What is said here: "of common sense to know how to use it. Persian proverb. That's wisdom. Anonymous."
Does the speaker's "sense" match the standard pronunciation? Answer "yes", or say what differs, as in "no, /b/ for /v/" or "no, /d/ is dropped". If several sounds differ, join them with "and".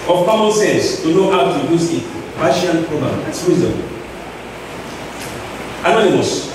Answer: no, /n/ is dropped